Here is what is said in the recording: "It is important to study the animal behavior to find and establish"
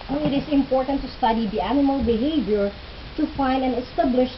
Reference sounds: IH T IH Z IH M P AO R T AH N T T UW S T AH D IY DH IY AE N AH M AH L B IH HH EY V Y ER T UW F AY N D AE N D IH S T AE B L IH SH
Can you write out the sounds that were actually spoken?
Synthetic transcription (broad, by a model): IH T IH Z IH M P AO R T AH N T T UW S T AH D IY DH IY AE N AH M AH L B IH HH EY V Y ER T UW F AY N D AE N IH S T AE B L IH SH